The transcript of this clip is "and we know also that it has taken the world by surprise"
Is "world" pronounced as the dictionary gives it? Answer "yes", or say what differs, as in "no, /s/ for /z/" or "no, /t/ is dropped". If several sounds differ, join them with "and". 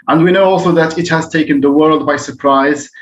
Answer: yes